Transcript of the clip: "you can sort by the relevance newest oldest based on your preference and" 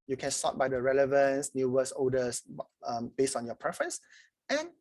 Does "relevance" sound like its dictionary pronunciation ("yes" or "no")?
yes